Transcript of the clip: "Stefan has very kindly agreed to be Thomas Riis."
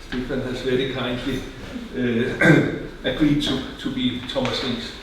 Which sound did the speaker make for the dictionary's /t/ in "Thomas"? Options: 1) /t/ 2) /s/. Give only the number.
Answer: 2